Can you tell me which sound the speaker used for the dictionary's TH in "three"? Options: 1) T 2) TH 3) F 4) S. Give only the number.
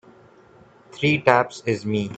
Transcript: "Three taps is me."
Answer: 1